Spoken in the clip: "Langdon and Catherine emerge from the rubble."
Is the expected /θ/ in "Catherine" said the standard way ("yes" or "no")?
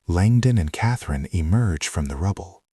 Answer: yes